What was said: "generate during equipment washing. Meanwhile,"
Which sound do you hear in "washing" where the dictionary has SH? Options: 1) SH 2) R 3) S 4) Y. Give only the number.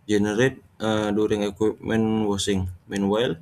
3